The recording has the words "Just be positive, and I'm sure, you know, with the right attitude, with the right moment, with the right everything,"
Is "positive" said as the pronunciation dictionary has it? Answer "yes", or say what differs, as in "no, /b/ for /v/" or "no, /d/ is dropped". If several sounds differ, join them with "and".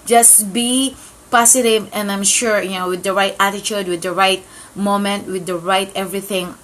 no, /s/ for /z/